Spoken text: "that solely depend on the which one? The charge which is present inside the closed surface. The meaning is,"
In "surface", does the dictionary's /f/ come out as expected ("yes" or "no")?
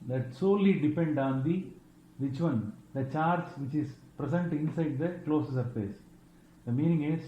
no